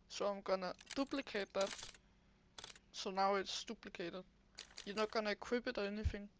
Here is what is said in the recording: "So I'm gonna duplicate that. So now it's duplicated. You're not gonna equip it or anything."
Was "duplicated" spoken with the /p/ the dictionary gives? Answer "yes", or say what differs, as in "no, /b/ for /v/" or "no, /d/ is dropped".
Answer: no, /b/ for /p/